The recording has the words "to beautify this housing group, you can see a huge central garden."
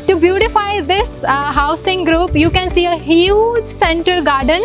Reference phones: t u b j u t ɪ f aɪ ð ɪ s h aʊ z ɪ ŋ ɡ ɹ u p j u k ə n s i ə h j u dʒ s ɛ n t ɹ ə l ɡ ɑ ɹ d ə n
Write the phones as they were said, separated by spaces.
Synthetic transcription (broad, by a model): t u b j u t ɪ f aɪ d ɪ s h aʊ s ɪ ŋ ɡ ɹ u p j u k ə n s i ə h j u dʒ s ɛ n t ə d ɡ ɑ ɹ d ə n